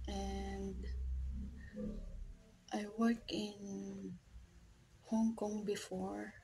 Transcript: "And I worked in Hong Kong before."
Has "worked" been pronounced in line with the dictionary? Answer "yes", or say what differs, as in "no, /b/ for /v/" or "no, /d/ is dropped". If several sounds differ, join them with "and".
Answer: no, /t/ is dropped